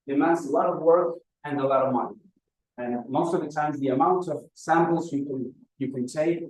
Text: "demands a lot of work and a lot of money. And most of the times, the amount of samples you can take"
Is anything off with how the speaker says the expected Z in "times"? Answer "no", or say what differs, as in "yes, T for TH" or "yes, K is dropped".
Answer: no